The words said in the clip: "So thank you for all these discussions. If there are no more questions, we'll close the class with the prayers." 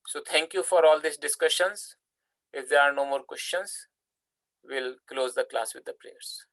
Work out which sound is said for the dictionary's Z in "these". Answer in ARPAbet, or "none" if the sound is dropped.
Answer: S